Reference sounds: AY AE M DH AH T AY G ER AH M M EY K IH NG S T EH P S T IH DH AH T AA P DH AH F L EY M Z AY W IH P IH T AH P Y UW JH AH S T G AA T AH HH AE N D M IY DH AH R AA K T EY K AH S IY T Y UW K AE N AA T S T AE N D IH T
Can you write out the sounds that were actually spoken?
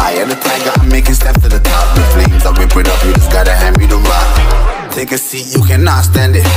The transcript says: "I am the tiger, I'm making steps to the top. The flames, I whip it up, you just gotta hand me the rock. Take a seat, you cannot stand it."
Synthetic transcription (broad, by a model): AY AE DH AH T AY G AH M M EY K IH NG S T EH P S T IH DH AH T AA P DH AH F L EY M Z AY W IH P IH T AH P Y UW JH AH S G AA T AH HH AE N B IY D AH L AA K T EY K AH S IY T Y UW K AE N AA T S T AE N D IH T